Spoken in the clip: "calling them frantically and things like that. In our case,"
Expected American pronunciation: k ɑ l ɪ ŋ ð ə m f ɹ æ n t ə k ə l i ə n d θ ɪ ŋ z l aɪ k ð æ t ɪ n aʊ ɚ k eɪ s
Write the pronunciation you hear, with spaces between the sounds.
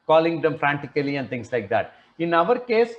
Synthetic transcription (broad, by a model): k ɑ l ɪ ŋ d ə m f ɹ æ n t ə k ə l i ə n d t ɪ ŋ s l aɪ k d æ t ɪ n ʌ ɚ k eɪ s